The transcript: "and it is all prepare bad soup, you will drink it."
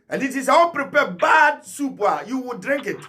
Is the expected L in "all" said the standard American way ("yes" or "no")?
no